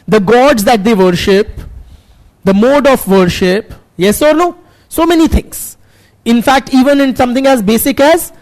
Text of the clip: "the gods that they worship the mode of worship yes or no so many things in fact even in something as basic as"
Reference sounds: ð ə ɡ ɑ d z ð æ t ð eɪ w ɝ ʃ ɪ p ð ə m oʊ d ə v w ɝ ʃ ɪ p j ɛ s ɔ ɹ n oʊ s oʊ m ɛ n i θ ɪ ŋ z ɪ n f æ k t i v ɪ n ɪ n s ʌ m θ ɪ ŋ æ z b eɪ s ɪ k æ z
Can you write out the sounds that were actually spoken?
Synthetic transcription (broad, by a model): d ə ɡ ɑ d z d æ t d eɪ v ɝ ʃ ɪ p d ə m oʊ d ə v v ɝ ʃ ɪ p j ɛ s ɔ ɹ n oʊ s oʊ m ɛ n i t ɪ ŋ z ɪ n f æ k t i v ɪ n ɪ n s ʌ m t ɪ ŋ æ z b eɪ s ɪ k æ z